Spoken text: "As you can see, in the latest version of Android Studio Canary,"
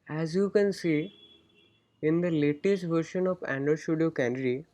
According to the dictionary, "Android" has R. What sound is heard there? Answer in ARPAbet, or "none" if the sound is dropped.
none